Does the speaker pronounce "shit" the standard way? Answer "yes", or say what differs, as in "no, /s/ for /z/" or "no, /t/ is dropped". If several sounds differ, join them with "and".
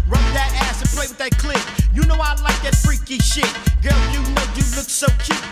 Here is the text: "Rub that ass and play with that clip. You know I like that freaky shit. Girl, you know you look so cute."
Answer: yes